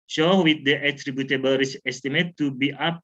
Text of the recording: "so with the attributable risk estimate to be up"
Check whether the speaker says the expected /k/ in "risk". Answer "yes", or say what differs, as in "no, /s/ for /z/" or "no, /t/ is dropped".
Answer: no, /k/ is dropped